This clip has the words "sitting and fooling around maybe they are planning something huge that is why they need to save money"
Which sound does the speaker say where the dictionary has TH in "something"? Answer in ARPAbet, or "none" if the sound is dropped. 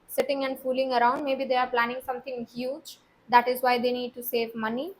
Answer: T